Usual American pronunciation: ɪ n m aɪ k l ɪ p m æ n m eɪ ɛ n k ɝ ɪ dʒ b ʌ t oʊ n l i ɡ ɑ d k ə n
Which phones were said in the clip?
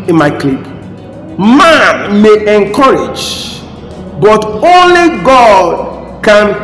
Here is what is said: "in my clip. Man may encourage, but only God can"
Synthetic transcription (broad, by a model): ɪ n m aɪ k l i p m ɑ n m eɪ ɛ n k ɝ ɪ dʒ b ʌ t oʊ n l i ɡ ɑ d k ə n